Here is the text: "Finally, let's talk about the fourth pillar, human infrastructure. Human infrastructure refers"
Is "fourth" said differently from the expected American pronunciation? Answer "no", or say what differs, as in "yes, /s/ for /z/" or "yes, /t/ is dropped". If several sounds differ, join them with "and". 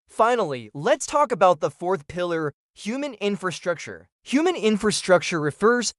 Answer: no